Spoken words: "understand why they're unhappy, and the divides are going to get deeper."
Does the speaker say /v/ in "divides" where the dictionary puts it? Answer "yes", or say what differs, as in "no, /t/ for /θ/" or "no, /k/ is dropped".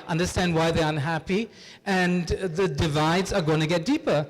yes